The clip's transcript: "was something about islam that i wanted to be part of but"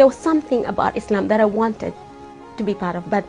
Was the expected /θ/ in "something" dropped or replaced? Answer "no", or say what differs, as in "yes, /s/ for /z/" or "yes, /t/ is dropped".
no